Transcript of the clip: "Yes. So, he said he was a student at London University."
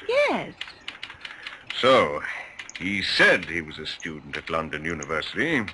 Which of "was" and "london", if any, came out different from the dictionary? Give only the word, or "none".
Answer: none